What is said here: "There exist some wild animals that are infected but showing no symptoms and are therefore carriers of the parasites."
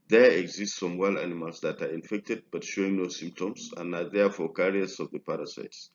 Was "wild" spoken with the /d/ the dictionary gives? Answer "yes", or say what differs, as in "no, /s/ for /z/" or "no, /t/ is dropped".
no, /d/ is dropped